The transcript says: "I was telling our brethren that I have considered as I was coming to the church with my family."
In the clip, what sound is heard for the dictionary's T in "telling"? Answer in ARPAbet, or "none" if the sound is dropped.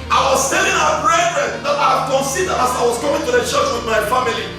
S